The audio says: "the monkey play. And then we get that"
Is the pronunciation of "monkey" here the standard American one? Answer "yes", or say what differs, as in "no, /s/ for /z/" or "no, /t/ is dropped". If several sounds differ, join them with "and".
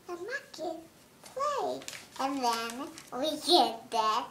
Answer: no, /ŋ/ is dropped